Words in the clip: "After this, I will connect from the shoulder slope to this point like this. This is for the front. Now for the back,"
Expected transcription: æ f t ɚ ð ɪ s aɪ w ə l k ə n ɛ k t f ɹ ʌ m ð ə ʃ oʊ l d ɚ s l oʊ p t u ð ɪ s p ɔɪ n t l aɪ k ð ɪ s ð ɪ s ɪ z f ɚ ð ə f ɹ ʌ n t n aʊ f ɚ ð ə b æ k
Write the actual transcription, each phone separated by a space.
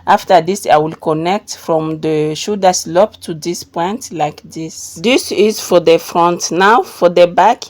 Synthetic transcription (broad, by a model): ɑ f t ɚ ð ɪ s aɪ w ə l k ə n ɛ k t f ɹ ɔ m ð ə ʃ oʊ d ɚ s l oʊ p t u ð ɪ s p ɔɪ n t l aɪ k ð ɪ s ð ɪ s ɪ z f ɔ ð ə f ɹ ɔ n t n aʊ f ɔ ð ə b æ k